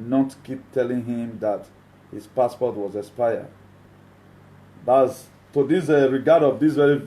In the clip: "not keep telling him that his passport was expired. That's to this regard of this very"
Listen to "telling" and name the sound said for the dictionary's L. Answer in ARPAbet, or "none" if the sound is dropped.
L